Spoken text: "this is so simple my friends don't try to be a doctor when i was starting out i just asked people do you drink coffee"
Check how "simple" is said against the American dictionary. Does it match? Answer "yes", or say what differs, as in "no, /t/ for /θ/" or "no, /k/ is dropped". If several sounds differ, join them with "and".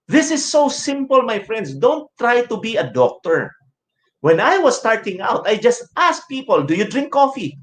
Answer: yes